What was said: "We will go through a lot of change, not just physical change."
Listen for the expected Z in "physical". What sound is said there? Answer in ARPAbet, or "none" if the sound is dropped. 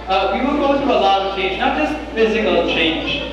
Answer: Z